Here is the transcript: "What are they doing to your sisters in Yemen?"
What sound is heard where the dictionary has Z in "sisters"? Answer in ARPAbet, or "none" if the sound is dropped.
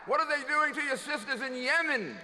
Z